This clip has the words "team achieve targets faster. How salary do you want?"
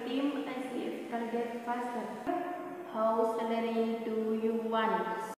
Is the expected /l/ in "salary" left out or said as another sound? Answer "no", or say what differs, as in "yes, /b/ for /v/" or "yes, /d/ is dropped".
yes, /n/ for /l/